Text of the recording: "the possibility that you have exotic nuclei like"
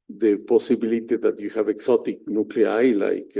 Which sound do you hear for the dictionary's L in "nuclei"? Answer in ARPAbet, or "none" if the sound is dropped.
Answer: L